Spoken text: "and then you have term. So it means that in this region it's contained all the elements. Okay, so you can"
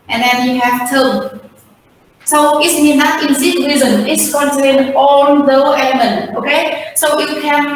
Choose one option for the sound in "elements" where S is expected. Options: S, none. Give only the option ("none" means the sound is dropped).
none